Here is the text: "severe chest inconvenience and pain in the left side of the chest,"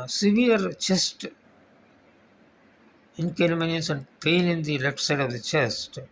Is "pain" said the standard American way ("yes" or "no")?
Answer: no